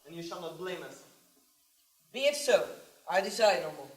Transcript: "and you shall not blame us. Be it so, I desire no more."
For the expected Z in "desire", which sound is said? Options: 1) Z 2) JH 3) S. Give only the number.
3